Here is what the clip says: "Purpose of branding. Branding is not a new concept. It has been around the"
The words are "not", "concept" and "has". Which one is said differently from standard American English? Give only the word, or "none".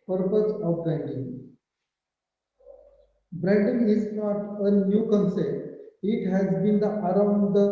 concept